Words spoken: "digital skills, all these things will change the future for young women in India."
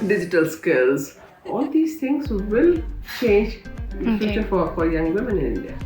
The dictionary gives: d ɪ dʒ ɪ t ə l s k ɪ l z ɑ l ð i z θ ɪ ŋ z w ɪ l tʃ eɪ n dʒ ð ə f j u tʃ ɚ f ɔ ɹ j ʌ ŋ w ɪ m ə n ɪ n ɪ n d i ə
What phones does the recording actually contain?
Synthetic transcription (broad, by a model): d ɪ dʒ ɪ t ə l s k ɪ l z ɑ l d i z t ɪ ŋ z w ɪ l tʃ eɪ n dʒ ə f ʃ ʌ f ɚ f ɔ ɹ j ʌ ŋ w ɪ m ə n ɪ n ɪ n d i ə